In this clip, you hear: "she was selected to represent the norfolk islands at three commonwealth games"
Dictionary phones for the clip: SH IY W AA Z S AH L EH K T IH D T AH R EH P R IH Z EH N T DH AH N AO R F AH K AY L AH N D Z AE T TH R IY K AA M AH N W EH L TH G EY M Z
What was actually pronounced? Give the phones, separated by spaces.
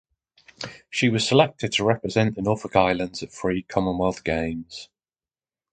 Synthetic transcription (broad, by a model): SH IY W AA Z S AH L EH K T IH D T AH R EH P R IH Z EH N T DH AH N AO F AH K AY L AH N D Z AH T F R IY K AA M AH N W EH L TH G EY M Z